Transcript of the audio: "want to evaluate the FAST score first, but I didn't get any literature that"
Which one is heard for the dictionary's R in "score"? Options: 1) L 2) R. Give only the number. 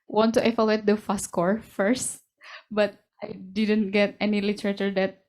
2